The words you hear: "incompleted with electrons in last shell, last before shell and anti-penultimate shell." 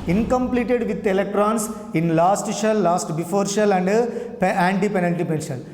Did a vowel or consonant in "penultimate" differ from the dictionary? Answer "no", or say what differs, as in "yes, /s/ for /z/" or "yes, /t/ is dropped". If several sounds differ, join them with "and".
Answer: yes, /n/ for /l/